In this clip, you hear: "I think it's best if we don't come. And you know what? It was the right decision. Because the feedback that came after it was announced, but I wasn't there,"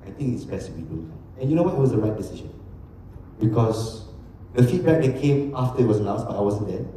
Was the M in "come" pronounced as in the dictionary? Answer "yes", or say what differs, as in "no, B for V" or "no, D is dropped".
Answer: no, M is dropped